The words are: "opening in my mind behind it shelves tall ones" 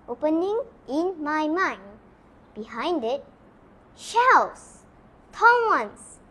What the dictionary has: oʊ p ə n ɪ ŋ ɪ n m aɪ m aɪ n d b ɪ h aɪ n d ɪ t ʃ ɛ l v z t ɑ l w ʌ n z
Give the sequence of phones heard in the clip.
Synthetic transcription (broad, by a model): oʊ p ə n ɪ ŋ ɪ n m aɪ m aɪ n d b ɪ h aɪ n d ɪ t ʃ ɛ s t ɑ n w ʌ n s